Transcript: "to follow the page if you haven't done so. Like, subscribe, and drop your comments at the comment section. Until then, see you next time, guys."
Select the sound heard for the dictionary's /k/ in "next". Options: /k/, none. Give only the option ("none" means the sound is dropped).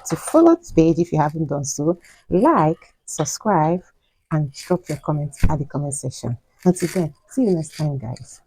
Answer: none